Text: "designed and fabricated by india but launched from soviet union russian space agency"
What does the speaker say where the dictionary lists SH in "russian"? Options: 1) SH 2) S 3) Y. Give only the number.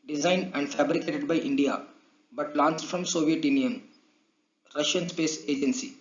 1